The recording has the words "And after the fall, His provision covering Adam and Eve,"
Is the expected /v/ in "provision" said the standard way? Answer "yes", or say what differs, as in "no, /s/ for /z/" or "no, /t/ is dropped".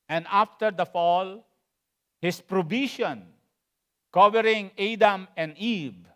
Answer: no, /b/ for /v/